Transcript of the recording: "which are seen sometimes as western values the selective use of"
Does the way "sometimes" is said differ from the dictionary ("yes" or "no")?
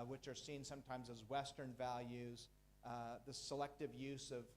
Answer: no